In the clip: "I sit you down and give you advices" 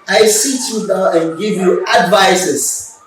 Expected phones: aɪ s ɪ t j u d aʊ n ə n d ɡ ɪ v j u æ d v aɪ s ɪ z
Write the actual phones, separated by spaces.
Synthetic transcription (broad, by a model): aɪ s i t j u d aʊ ə n ɡ ɪ v j u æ d v aɪ s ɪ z